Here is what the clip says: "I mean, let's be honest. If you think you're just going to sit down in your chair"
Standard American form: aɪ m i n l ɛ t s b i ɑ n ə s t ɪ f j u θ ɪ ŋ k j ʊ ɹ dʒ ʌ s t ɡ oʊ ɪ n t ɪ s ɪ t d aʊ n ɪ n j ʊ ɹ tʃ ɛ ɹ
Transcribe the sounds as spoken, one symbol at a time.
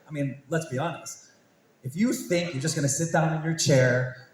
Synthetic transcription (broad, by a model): aɪ m i n l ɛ t s b i ɑ n ə s t ɪ f j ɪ θ ɪ ŋ k j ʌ ɹ dʒ ʌ s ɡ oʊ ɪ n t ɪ s ɪ t d aʊ n ɪ n j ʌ ɹ tʃ ɛ ɹ